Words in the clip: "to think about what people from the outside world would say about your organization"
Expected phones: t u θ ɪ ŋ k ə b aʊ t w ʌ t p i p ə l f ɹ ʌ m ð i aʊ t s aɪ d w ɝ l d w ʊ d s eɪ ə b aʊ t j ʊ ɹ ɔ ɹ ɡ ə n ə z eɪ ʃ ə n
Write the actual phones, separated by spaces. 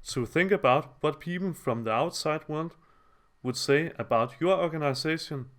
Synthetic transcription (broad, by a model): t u θ ɪ ŋ k ə b aʊ t w ʌ t p i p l f ɹ ʌ m ð i aʊ t s aɪ d w ɝ l d w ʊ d s eɪ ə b aʊ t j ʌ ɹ ɔ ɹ ɡ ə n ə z eɪ ʃ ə n